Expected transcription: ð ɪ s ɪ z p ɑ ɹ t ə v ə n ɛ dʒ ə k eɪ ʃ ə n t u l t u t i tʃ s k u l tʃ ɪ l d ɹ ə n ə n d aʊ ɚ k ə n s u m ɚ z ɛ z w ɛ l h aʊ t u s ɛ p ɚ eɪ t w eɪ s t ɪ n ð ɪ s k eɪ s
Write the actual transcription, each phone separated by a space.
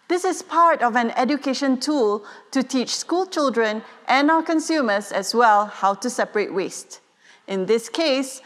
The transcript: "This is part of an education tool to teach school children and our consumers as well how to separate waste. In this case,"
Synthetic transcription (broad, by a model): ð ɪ s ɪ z p ɑ ɹ t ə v ə n ɛ dʒ ə k eɪ ʃ ə n t u l t u t i tʃ s k u l tʃ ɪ l d ɹ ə n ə n aʊ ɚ k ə n s u m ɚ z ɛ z w ɛ l h aʊ t u s ɛ p ɚ eɪ t w eɪ s t ɪ n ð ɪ s k eɪ s